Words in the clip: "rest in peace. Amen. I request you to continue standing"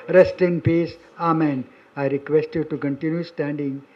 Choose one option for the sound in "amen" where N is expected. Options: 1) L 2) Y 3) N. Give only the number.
3